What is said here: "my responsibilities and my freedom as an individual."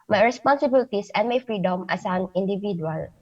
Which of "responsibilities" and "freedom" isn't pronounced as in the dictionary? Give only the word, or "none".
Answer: responsibilities